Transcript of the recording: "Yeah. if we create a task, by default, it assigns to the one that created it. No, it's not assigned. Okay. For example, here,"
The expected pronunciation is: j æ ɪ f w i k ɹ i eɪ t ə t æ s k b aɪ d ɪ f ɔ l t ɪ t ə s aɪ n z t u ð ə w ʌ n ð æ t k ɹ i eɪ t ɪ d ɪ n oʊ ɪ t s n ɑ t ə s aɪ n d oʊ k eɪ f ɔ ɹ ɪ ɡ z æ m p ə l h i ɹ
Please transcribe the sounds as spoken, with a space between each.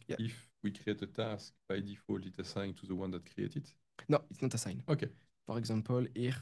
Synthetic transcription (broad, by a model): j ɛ ɪ f w i k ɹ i eɪ t ə t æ s k b aɪ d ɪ f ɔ l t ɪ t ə s aɪ n t u ð ə w ʌ n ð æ t k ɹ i eɪ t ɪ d n oʊ ɪ t s n ɑ t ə s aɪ n oʊ k eɪ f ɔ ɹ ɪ ɡ z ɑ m p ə l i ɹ